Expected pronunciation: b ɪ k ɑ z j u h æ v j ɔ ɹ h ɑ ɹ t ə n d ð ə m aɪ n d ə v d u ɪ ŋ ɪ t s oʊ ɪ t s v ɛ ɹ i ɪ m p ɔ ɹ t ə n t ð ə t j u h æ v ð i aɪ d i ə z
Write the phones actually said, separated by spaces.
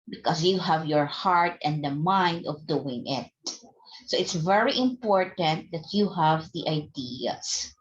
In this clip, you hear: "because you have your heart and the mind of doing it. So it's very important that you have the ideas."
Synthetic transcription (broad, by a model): b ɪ k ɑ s j u h æ v j ɔ ɹ h ɑ ɹ t ə n d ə m aɪ n d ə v d u ɪ ŋ ɪ t s oʊ ɪ t s v ɛ ɹ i ɪ m p ɔ ɹ t ə n t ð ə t j u h æ v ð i aɪ d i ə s